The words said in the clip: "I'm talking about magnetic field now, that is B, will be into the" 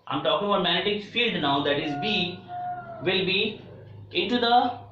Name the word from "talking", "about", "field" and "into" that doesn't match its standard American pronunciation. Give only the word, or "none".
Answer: none